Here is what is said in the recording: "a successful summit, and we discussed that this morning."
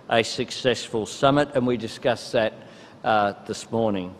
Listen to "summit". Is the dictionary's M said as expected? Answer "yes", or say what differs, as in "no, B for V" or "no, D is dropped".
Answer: yes